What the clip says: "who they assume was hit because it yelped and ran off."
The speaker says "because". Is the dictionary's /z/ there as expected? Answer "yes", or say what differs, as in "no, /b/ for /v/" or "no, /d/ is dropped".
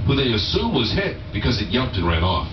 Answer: yes